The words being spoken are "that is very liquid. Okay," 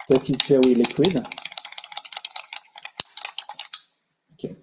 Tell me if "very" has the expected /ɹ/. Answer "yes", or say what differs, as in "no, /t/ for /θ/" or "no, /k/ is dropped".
no, /w/ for /ɹ/